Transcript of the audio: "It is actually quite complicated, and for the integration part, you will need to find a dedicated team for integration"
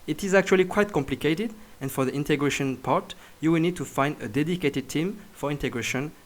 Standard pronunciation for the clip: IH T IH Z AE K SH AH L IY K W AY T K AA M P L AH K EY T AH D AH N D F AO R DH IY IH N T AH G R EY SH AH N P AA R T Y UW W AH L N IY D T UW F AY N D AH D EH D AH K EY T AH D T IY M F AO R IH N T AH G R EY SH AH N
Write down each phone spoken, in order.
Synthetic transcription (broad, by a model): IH T IH Z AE K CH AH L IY K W AY T K AA M P L AH K EY T AH D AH N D F AO R DH IY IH N T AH G R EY SH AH N P AA R T Y UW W AH L N IY D T UW F AY N D AH D EH D AH K EY T AH D T IY M F AO R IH N T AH G R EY SH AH N